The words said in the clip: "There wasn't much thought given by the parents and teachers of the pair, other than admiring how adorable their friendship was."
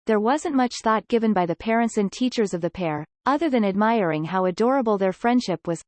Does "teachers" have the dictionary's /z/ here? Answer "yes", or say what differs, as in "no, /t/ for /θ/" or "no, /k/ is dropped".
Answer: yes